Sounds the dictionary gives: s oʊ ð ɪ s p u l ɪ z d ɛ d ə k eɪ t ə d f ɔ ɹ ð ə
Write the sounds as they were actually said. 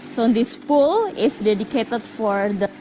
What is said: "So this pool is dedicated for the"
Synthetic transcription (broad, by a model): s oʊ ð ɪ s p u l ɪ s d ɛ d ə k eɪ t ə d f ɔ ɹ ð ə